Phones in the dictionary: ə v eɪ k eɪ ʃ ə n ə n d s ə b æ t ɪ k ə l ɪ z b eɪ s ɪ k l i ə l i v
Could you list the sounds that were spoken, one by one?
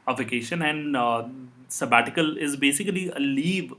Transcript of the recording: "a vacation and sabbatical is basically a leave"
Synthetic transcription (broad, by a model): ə v eɪ k eɪ ʃ ə n ə n d s ə b æ t ɪ k ə l ɪ z b eɪ s ɪ k l i ə l i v